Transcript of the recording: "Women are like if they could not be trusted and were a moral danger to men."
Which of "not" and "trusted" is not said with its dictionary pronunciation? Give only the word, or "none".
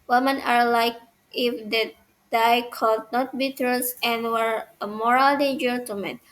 trusted